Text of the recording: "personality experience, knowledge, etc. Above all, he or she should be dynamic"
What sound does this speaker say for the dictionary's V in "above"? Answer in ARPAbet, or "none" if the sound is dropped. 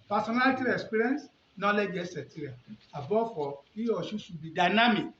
F